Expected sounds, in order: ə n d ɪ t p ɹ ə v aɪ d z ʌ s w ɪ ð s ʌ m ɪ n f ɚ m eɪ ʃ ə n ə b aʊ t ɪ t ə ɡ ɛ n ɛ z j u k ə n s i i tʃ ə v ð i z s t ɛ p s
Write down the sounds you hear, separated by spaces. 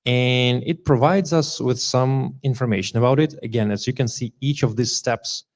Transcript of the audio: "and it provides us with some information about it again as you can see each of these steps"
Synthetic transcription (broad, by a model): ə n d ɪ t p ɹ ə v aɪ d z ʌ s w ɪ ð s ʌ m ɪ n f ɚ m eɪ ʃ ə n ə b aʊ t ɪ t ə ɡ ɛ n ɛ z j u k ə n s i i tʃ ə v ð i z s t ɛ p s